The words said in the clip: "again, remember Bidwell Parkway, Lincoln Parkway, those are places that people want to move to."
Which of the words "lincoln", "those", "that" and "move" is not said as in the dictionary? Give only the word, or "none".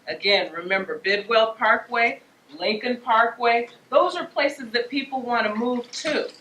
none